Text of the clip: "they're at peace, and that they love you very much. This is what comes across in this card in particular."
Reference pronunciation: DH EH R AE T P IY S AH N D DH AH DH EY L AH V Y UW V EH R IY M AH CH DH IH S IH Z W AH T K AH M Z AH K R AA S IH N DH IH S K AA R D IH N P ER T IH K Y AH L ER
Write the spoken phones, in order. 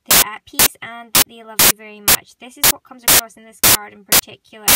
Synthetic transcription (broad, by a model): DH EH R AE T P IY S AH N DH AH DH EY L AH V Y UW V EH R IY M AH CH DH IH S IH Z W AH T K AH M Z AH K R AA S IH N DH IH S K AA R D IH N P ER T IH K Y L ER